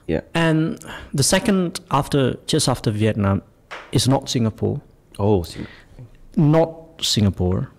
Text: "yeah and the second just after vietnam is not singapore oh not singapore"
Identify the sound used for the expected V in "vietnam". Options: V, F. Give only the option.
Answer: V